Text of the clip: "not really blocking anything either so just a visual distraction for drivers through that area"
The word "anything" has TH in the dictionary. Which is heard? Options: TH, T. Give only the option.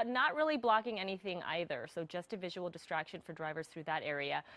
TH